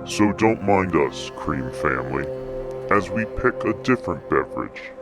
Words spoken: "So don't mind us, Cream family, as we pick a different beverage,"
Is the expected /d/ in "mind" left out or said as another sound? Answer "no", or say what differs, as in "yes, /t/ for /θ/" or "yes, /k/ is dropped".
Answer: no